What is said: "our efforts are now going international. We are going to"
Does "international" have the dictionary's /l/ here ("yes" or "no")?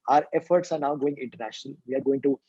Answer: yes